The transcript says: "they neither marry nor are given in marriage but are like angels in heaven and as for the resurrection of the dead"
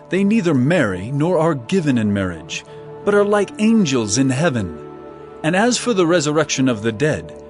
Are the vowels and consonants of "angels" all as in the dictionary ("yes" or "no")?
yes